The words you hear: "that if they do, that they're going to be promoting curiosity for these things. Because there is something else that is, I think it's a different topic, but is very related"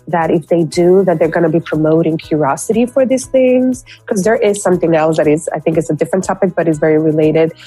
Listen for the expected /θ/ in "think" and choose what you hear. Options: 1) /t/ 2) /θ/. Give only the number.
2